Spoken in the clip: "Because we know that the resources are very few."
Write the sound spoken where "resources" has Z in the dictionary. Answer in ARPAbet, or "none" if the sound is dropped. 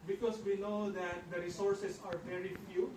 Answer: S